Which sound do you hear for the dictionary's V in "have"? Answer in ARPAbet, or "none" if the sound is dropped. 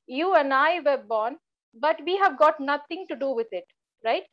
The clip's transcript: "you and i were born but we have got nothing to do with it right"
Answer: V